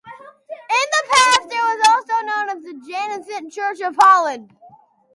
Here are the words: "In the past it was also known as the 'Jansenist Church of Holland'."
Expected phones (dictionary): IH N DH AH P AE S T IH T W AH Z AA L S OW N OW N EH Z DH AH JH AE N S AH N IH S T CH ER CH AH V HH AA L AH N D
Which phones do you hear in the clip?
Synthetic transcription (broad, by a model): IH N DH AH P AE S T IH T W AH Z AA L S OW N OW N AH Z DH AH JH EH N AH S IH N CH ER CH AH V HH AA L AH D